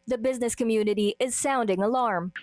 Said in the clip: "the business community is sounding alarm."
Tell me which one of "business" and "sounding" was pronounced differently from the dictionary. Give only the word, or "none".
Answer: none